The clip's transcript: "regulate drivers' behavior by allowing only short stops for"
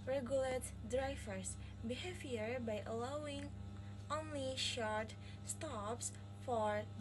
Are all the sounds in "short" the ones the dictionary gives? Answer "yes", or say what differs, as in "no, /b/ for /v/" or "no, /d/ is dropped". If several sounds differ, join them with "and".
yes